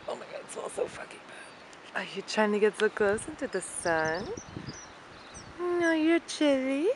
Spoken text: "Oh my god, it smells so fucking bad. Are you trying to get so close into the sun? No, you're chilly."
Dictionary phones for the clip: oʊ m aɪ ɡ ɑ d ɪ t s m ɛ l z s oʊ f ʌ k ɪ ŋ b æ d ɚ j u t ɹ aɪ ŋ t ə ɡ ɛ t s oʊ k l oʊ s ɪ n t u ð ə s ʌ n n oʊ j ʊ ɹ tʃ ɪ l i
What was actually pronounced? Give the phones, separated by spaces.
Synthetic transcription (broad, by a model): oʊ m aɪ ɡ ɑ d ɪ t s ɔ l s oʊ f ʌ k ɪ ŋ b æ ɚ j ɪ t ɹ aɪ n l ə ɡ ɛ t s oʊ k l oʊ s ɪ n t u ð ə s ʌ n n oʊ j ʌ ɹ tʃ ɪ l i